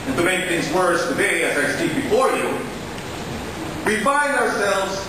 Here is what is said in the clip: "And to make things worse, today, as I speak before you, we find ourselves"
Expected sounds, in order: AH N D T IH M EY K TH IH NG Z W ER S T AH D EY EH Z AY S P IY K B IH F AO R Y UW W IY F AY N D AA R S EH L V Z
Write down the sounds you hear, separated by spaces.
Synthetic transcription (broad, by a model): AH N T IH M EY K TH IH NG Z W ER S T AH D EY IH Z AY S IY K B IH F AO R Y UW W IY F AY N D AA R S EH L V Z